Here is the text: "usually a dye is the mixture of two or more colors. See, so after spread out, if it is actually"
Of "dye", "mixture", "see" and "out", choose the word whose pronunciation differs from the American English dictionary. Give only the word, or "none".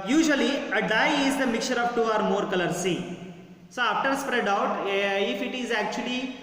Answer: mixture